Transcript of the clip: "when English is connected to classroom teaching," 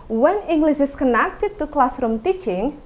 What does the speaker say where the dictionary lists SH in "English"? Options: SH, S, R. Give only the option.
S